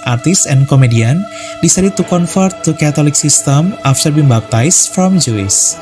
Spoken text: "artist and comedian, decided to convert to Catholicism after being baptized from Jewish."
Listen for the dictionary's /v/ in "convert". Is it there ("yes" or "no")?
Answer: no